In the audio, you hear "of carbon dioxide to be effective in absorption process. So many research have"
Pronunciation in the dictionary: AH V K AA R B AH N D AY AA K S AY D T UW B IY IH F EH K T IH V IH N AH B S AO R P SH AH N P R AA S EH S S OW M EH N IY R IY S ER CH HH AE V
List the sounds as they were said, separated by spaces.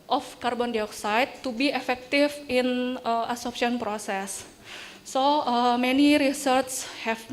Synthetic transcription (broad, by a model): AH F K AA R B AH N D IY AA K S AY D T UW B IY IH F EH K T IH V IH N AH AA S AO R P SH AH N P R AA S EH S S OW M EH N IY R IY S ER S HH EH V